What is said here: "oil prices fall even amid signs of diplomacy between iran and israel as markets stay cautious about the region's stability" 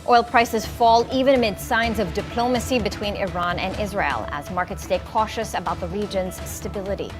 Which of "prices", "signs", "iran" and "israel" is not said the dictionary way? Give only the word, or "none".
none